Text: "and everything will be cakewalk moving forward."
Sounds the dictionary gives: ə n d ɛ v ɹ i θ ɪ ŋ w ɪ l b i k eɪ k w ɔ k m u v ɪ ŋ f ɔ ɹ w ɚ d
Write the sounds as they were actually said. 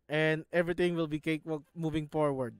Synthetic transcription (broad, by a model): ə n d ɛ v ɹ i t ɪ ŋ w ɪ l b i k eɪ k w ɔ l m u v ɪ ŋ f ɔ ɹ w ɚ d